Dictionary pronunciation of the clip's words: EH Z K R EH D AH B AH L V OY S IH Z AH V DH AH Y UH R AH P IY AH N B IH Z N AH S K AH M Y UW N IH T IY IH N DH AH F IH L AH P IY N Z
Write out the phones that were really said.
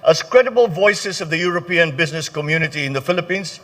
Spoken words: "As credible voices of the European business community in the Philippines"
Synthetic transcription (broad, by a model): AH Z K R EH D AH B AH L V OY S IH Z AH V DH AH Y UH R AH P IY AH N B IH Z N AH S K AH M Y UW N IH T IY IH N DH AH F IH L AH P IY N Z